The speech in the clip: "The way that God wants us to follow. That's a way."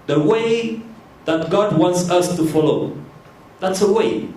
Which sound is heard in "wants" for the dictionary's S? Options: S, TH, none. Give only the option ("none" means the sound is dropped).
S